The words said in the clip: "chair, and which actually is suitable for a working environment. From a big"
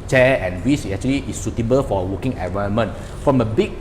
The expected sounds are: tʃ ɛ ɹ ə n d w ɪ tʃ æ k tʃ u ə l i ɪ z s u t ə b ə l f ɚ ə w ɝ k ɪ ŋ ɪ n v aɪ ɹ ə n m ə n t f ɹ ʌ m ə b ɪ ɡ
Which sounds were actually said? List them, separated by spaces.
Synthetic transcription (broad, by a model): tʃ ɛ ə n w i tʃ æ k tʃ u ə l i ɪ s u t ə b ə l f ə w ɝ k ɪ ŋ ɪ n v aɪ ə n m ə n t f ɹ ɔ m ə b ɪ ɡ